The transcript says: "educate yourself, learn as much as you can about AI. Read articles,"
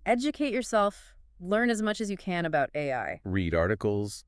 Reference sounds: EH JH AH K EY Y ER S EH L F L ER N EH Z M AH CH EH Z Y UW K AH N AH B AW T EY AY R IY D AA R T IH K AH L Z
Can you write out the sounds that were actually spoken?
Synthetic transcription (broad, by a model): EH JH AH K EY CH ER S EH L F L ER N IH Z M AH CH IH Z Y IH K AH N AH B AW T EY AY R IY D AA R T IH K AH L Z